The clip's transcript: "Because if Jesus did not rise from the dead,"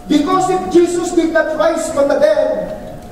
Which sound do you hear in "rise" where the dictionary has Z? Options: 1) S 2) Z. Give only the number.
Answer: 1